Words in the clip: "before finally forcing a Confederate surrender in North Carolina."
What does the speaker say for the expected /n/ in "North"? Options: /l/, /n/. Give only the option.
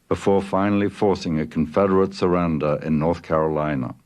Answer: /n/